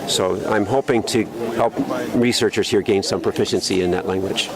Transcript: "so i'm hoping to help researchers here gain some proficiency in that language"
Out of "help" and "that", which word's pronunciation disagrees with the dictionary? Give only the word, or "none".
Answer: none